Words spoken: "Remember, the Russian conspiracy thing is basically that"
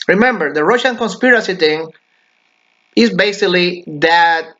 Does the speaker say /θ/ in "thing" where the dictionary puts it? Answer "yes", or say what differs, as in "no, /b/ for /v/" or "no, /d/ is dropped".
no, /t/ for /θ/